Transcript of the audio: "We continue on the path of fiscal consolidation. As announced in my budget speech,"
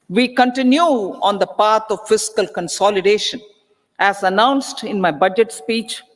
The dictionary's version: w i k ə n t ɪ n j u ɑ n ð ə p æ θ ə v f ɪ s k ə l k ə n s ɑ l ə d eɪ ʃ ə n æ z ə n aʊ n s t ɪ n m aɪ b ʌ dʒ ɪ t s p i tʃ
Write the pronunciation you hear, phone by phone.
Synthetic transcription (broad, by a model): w i k ə n t ɪ n j u ɑ n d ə p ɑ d ə v f ɪ s k ə l k ə n s ɑ l ə d eɪ ʃ ə n æ z ə n aʊ n s t ɪ n m aɪ b ʌ dʒ ɪ t s p i tʃ